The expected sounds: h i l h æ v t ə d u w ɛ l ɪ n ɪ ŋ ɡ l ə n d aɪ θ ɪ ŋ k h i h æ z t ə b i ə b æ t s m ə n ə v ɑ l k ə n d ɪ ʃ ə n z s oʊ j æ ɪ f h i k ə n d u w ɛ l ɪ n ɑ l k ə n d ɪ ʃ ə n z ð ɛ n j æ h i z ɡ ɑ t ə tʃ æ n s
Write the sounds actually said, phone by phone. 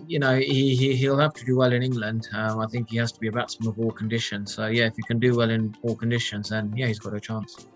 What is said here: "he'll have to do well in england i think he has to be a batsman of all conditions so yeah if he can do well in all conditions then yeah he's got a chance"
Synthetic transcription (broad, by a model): h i l h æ f t ə d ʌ w ɛ l ɪ n ɪ ŋ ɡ l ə n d aɪ θ ɪ ŋ k h i h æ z t ə b i ə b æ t s ə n ə v ɑ l k ə n d ɪ ʃ ə n z s oʊ j æ ɪ f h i k ə n d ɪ w ɛ l ɪ n ɑ l k ə n d ɪ ʃ ə n z ð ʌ n j æ h i z ɡ ɑ t ə tʃ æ n s